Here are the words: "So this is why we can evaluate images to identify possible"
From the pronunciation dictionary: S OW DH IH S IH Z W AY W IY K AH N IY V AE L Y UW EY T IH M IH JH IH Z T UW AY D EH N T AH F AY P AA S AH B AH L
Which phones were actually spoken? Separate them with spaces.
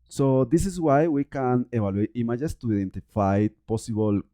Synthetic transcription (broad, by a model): S OW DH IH S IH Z W AY W IY K AH N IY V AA L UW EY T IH M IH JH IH S T UW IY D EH N T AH F AY P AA S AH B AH L